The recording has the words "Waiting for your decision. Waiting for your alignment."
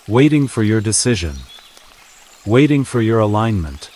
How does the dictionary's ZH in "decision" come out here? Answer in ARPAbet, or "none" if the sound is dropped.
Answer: ZH